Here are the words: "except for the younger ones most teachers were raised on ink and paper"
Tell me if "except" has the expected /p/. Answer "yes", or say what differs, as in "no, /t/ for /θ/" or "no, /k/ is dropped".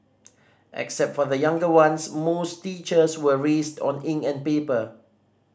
yes